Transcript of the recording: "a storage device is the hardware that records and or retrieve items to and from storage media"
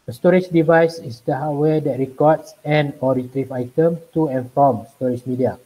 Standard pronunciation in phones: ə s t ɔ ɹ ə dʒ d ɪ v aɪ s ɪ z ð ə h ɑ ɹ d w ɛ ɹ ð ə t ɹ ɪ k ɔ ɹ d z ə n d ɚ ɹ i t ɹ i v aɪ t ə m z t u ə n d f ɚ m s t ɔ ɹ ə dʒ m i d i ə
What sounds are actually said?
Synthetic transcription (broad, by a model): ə s t ɔ ɹ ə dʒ d ɪ v aɪ s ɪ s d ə h ɑ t w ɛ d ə t ɹ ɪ k ɔ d s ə n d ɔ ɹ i t ɹ i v aɪ t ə m t u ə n f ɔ m s t ɔ ɹ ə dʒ m i d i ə